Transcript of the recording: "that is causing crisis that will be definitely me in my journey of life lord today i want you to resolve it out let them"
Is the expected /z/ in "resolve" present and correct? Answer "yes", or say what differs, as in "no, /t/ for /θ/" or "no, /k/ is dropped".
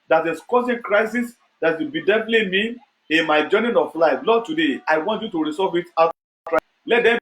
no, /s/ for /z/